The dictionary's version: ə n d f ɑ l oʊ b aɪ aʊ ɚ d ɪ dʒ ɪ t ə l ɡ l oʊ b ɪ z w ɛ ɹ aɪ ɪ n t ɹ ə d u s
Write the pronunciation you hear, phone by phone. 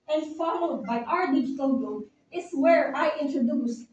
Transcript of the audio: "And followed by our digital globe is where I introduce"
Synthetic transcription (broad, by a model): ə n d f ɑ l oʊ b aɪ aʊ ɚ d ɪ dʒ ɪ t ə l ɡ oʊ ɪ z w ɛ ɹ aɪ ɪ n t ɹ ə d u s